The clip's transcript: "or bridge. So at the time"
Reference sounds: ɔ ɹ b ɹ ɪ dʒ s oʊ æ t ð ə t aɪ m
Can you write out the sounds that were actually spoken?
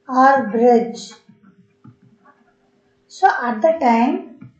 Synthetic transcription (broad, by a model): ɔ ɹ b ɹ ɪ dʒ s oʊ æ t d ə t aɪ m